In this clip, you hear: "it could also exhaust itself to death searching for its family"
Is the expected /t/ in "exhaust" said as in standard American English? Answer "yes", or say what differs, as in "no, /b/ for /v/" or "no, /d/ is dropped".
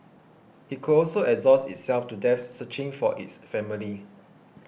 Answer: no, /t/ is dropped